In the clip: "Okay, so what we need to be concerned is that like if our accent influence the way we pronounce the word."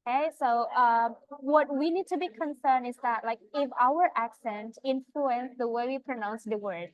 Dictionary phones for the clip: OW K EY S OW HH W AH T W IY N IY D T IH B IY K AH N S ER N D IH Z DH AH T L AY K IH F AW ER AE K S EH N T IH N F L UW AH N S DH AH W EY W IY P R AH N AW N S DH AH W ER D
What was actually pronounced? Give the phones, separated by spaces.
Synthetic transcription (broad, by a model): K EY S OW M W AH T W IY N IY D T IH B IY K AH N S ER N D IH Z DH AH T L AY K IH F AW ER AE K S EH N T IH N F L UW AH N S DH AH W EY W IY P R AH N AW N S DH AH W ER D